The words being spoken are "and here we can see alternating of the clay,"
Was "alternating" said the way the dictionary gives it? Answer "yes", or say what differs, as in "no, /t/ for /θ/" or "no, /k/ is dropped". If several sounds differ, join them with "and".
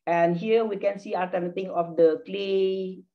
no, /l/ is dropped